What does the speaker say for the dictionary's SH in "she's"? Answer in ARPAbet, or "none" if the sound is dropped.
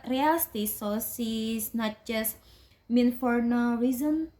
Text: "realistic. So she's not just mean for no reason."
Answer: S